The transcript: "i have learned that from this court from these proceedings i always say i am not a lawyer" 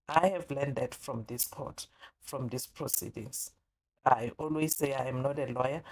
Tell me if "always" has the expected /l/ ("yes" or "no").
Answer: yes